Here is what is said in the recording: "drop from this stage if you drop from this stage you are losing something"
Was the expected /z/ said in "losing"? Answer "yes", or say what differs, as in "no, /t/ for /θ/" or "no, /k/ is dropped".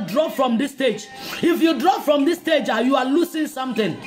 no, /s/ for /z/